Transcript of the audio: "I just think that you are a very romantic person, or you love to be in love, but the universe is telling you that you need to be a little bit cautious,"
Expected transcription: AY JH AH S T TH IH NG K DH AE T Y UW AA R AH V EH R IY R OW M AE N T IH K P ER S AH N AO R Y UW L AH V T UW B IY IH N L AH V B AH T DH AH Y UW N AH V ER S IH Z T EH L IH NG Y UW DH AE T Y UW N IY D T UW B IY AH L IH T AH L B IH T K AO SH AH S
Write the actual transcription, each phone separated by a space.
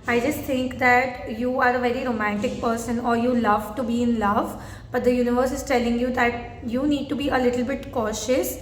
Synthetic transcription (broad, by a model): AY JH AH S T T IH NG K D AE T Y UW AA R AH V EH R IY R OW M AE N T IH K P ER S AH N AO R Y UW L AH V T UW B IY IH N L AH V B AH T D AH Y UW N AH V ER S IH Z T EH L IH NG Y UW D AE T Y UW N IY D T UW B IY AH L IH T AH L B IH T K AO SH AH S